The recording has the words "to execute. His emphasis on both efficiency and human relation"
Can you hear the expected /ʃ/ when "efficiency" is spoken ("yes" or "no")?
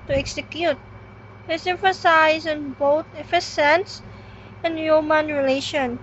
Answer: no